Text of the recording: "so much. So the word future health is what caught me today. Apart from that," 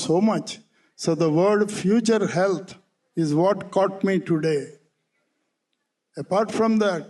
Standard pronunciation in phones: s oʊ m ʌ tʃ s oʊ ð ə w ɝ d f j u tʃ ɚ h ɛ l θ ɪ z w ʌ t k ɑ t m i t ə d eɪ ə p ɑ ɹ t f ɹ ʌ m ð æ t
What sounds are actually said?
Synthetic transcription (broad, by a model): s oʊ m ʌ tʃ s oʊ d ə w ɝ d f j u tʃ ɚ h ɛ l t ɪ z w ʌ t k ɑ t m i t ə d eɪ ə p ɑ ɹ t f ɹ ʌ m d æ t